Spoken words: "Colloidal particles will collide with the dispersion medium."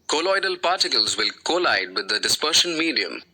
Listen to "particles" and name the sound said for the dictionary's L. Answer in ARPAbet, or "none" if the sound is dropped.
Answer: L